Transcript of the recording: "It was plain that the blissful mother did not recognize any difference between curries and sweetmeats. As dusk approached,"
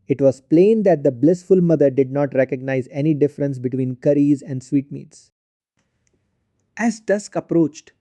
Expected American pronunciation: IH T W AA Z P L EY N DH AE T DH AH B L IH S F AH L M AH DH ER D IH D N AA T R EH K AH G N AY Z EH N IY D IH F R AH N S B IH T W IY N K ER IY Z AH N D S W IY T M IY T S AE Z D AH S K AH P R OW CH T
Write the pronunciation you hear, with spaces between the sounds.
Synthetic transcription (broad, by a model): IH T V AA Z P L EY N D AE T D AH B L IH S F AH L M AH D ER D IH D N AA T R EH K AH G N AY Z EH N IY D IH F R AH N S B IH T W IY N K ER IY Z AH N D S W IY T M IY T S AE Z D AH S K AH P R OW CH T